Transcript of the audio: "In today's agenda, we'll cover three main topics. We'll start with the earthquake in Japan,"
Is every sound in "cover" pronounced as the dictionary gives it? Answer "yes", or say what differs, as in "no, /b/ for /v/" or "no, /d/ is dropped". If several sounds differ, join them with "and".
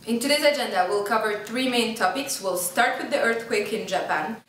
yes